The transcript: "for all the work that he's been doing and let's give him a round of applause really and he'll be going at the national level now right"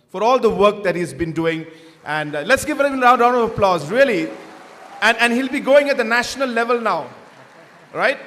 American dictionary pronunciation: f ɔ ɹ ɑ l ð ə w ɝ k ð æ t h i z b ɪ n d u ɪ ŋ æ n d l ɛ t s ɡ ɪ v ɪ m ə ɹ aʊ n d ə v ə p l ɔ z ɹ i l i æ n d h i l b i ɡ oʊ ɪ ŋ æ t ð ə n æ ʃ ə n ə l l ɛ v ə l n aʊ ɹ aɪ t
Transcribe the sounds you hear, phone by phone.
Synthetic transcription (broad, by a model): f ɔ ɹ ɑ l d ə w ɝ k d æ t h i z b ɪ n d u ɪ ŋ æ n d l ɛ t s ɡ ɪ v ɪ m ə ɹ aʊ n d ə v ə p l ɔ z ɹ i l i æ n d h i l b i ɡ oʊ ɪ ŋ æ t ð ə n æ ʃ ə n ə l l ɛ v ə l n aʊ ɹ aɪ t